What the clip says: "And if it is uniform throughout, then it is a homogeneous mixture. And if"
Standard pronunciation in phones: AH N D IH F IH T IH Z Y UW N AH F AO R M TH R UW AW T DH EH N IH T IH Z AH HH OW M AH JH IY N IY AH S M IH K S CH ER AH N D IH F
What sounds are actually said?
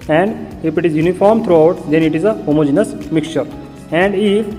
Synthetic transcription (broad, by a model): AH N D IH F IH T IH Z Y UW N AH F AO R M T R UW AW T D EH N IH T IH Z AH HH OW M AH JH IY N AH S M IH K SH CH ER AH N D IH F